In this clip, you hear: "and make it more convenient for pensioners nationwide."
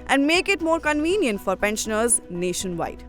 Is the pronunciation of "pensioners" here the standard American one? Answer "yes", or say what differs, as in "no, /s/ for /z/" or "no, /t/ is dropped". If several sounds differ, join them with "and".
yes